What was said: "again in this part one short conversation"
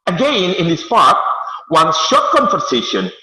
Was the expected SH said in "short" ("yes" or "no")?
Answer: yes